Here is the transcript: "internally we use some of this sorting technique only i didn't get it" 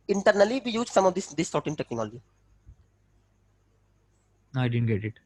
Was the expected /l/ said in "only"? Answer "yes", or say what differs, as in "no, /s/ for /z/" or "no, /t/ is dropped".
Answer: no, /l/ is dropped